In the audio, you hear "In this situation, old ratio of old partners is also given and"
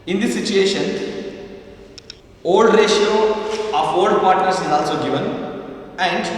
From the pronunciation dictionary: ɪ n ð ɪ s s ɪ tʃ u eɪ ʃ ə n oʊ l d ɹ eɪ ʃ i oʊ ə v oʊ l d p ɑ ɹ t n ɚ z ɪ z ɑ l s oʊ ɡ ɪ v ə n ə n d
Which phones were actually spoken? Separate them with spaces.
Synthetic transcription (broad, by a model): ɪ n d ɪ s s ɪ tʃ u eɪ ʃ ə n oʊ l d ɹ eɪ ʃ i oʊ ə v oʊ l d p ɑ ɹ t n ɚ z ɪ z ɑ l s oʊ ɡ ɪ v ə n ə n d